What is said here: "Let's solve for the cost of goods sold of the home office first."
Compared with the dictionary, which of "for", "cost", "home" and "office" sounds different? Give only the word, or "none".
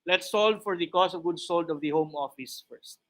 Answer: cost